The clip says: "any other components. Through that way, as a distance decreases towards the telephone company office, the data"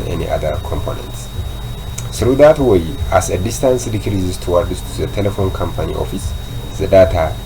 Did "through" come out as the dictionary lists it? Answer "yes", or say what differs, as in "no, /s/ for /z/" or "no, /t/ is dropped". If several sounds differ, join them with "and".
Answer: no, /s/ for /θ/